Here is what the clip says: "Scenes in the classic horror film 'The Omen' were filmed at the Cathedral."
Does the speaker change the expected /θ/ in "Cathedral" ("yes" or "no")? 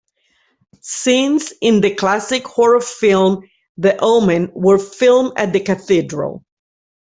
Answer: no